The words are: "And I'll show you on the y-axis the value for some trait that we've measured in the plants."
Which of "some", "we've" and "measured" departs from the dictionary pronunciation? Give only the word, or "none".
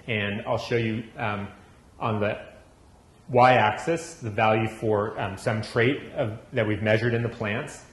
none